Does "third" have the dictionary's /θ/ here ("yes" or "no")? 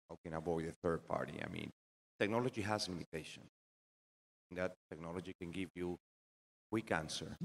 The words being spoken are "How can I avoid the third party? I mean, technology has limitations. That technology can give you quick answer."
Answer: yes